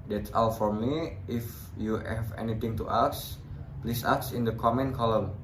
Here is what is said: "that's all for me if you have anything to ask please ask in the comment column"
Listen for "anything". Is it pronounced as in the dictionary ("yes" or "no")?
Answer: no